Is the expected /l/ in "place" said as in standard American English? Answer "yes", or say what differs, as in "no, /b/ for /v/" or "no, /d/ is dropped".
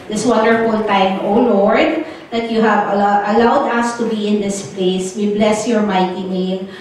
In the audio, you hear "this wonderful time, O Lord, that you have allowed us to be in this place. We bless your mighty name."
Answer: yes